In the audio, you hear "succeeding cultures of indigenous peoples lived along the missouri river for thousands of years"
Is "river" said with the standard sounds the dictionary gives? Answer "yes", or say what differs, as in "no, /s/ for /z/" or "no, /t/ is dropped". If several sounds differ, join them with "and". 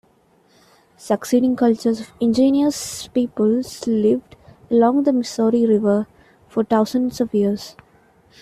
yes